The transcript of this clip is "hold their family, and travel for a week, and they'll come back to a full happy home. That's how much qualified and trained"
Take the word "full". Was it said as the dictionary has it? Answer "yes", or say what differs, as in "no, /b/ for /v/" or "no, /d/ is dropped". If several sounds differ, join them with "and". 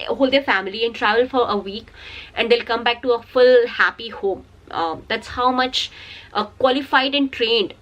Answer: yes